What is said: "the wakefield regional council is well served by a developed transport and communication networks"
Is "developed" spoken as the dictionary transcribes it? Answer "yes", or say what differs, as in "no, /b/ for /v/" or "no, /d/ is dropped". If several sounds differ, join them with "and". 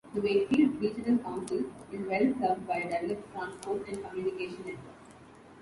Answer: no, /v/ is dropped